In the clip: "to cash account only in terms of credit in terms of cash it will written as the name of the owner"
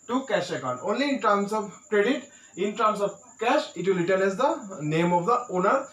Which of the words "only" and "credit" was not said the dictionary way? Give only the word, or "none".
none